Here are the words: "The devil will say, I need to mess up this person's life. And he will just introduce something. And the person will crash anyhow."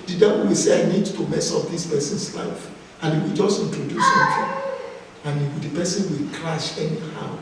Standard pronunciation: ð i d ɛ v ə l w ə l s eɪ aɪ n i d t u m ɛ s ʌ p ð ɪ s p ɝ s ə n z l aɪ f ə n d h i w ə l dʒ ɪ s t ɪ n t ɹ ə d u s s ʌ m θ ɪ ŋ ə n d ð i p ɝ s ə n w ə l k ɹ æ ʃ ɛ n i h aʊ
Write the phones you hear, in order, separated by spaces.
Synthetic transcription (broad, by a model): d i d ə w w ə s eɪ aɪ n i d t u m ɛ s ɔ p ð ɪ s p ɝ s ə n s l aɪ f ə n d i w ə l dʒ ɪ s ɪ n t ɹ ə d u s s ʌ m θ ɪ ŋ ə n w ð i p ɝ s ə n w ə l k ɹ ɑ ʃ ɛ n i h aʊ